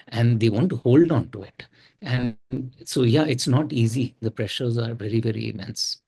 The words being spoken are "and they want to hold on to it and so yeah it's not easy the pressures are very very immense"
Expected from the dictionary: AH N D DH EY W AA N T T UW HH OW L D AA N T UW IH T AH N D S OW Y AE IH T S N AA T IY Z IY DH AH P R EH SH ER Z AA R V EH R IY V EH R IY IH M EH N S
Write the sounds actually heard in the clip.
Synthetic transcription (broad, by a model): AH N D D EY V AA N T T UW HH OW L D AA N T UW IH T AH N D S OW Y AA IH T S N AA T IY Z IY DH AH P R EH SH ER Z AA R V EH R IY V EH R IY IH M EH N S